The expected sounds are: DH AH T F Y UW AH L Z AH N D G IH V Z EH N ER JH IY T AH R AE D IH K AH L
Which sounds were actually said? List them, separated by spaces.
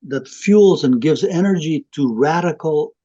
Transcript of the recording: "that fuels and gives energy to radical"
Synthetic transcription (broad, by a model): DH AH T F Y UW L Z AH N G IH V Z EH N ER JH IY T AH R AE D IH K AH L